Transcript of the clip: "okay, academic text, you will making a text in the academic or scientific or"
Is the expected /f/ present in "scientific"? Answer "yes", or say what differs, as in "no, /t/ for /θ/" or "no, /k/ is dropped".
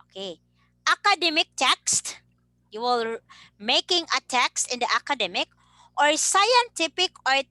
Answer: no, /p/ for /f/